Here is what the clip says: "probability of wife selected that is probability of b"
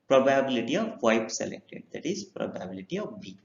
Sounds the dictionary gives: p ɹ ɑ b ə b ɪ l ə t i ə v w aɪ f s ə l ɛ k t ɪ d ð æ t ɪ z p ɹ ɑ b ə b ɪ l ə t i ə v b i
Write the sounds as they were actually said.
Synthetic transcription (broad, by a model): p ɹ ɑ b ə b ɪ l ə t i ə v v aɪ p s ə l ɛ k t ɪ d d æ t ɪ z p ɹ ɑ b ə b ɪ l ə t i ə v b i